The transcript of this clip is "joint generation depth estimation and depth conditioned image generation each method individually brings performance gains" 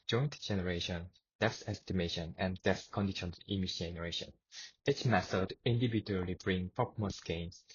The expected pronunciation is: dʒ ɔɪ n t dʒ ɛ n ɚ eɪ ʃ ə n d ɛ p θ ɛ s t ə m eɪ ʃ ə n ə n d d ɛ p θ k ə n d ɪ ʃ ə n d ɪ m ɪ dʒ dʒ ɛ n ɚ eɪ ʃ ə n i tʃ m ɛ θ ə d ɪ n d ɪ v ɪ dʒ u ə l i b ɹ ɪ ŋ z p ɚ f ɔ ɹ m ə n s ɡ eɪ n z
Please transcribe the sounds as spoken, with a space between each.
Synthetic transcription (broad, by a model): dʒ ɔɪ n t dʒ ɛ n ɚ eɪ ʃ ə n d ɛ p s ɛ s t ə m eɪ ʃ ə n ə n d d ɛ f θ k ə n d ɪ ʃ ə n ɪ m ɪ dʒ dʒ ɛ n ɚ eɪ ʃ ə n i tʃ m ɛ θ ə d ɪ n d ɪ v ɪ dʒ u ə l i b ɹ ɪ ŋ p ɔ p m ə s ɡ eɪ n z